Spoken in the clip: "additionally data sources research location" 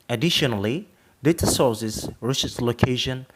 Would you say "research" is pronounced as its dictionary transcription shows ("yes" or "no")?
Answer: no